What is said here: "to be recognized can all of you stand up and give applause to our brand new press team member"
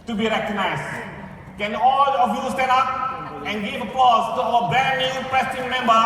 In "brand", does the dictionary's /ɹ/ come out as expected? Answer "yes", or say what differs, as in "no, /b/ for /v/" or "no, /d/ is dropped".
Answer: no, /ɹ/ is dropped